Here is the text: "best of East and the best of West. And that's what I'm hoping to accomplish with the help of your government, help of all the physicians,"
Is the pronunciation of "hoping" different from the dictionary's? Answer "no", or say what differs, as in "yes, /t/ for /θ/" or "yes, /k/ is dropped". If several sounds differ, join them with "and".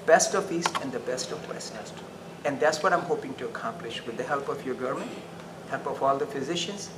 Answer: no